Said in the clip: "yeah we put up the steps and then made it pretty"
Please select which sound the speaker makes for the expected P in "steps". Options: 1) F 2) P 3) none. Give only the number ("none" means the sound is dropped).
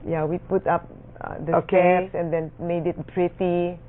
3